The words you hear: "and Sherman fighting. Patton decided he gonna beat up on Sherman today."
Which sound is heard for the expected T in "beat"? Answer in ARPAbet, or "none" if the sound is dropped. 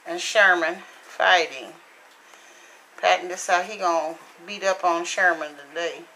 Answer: T